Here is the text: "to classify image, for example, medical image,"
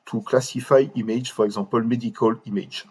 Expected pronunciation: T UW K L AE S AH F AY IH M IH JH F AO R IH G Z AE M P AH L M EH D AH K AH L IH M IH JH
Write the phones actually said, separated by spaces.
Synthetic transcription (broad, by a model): T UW K L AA S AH F AY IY M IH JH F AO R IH G Z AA P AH L M EH D AH K AH L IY M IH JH